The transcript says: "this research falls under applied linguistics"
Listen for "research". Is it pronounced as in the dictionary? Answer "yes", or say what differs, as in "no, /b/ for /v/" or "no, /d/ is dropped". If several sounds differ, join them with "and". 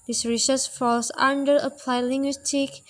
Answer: no, /s/ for /tʃ/